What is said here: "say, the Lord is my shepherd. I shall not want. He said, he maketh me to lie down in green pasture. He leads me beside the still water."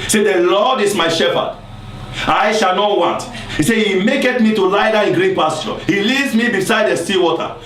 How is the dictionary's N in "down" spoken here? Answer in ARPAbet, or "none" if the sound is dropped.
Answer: none